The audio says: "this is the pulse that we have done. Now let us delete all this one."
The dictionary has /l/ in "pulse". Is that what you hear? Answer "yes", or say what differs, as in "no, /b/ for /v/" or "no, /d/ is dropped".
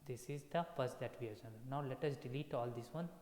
no, /l/ is dropped